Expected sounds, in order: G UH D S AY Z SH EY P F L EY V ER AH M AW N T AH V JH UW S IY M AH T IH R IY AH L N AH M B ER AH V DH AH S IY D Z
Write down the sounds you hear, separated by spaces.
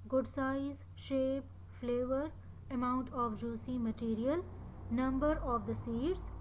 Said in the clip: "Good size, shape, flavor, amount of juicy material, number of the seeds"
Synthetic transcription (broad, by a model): G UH D S AY Z SH EY P F L EY V ER AH M AW N T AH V JH UW S IY M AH T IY R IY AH L N AH M B ER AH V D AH S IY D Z